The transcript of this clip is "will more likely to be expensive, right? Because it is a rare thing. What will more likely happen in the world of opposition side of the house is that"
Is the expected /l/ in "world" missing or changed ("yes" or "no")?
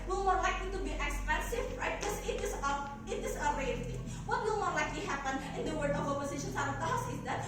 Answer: yes